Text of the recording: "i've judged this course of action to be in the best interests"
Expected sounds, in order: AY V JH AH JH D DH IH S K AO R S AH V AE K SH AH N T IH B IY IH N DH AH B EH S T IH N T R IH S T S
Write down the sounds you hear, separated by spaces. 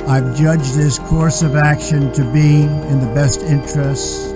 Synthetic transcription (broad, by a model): AY V JH AH JH DH IH S K AO R S AH V AE K SH AH N T IH B IY IH N DH AH B EH S T IH N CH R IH S T S